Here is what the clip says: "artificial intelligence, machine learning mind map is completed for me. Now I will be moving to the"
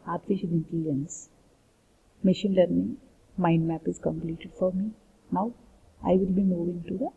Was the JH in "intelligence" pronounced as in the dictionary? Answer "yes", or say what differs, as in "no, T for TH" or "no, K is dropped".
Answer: no, JH is dropped